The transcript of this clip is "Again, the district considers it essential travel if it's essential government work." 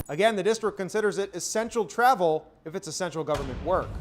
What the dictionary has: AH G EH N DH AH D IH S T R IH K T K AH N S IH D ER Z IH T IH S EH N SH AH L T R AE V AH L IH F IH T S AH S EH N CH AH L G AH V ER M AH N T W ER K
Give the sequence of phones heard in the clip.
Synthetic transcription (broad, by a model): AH G EH N DH AH D IH S T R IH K K AH N S IH D ER Z IH T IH S EH N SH L T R AE V L IH F IH T S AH S EH N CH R L G AH V ER M AH N T W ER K